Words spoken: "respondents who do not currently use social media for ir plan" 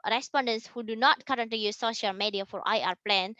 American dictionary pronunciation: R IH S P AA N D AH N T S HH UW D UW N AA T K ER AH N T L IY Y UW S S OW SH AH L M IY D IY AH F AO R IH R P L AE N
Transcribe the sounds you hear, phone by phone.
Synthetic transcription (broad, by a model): R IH S P AA N D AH N S HH UW D UW N AA T K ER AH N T IY Y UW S S OW SH AH L M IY D IY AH F AO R IH R P L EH N